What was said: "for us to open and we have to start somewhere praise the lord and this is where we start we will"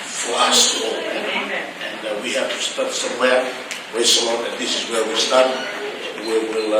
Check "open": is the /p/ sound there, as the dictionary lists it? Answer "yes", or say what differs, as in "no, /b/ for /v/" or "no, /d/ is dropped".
no, /p/ is dropped